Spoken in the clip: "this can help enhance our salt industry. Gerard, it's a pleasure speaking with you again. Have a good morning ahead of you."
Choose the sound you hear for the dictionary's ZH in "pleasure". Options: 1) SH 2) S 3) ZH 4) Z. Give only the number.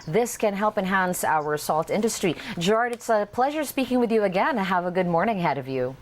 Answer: 3